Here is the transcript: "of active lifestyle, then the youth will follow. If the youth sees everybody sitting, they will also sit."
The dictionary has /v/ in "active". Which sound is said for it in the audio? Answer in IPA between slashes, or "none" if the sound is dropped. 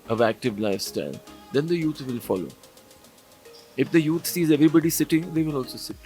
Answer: /v/